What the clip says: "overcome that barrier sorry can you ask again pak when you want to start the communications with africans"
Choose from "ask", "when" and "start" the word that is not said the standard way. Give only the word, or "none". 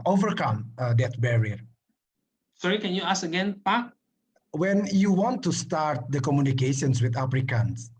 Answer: ask